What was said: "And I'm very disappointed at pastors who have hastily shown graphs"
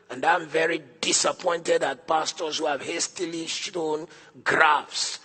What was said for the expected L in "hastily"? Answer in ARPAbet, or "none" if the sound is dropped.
L